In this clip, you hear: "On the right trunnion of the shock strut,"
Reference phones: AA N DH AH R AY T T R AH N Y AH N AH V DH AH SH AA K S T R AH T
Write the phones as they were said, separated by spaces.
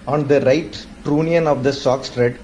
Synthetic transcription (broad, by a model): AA N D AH R AY T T R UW N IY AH N AH V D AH S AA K S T R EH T